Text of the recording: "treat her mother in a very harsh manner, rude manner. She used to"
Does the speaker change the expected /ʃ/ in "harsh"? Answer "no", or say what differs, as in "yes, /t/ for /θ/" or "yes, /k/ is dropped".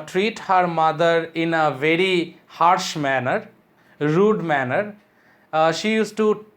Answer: no